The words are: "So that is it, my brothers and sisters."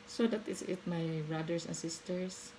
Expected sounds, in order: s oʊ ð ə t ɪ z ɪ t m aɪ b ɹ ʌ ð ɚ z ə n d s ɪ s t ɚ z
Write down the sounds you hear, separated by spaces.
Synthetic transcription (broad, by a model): s oʊ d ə t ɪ s ɪ t m aɪ b ɹ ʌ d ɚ s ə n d s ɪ s t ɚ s